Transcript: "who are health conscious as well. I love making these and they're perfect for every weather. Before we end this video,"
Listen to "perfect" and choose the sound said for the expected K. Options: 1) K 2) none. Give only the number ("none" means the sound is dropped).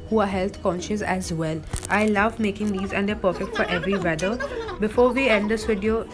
1